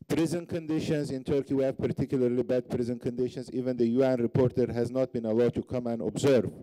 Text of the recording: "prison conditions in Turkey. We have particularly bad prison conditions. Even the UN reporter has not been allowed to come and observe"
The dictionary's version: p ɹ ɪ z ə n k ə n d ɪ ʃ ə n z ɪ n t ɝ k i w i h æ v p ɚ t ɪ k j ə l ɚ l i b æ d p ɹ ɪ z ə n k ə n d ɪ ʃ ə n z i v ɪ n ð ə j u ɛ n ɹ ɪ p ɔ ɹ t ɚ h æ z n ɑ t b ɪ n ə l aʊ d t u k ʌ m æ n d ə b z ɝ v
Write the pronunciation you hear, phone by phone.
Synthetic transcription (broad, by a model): p ɹ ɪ z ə n k ə n d ɪ ʃ ə n z ɪ n t ɝ k i w i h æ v p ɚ t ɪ k j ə l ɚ l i b æ d p ɹ ɪ z ə n k ə n d ɪ ʃ ə n z i v ɪ n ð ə j u ɛ n ɹ ɪ p ɔ ɹ t ɚ h æ z n ɑ t b ɪ n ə l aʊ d t u k ʌ m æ n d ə b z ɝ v